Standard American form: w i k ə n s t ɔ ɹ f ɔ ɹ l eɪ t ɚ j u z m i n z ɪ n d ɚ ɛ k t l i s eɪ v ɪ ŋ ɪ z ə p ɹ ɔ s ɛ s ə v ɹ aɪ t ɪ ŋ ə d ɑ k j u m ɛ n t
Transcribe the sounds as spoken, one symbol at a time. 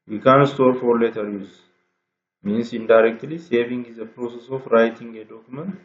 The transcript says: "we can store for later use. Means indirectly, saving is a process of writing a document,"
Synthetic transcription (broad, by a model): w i k ə n s t ɔ ɹ f ɔ ɹ l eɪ t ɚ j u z m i n s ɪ n d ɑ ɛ k t l i s eɪ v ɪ ŋ ɪ z ə p ɹ ɔ s ɛ s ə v ɹ aɪ t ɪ ŋ ə d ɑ k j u m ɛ n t